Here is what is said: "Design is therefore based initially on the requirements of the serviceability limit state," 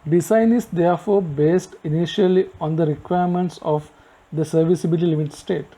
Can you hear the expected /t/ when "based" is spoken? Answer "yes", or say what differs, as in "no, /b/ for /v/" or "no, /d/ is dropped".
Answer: yes